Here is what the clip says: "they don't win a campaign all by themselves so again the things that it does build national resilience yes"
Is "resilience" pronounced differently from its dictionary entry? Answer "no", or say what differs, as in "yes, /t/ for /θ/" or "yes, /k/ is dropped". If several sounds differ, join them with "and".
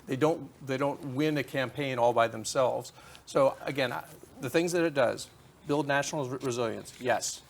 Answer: no